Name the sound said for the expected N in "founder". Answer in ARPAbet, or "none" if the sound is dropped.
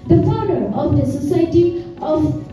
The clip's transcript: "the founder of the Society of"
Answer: none